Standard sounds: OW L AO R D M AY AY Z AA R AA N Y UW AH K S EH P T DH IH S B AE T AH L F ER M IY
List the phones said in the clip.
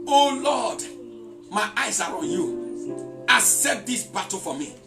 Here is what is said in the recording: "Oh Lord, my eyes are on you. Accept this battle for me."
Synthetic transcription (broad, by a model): OW L AO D M AY AY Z AA R AA N Y UW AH S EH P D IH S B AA T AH F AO M IY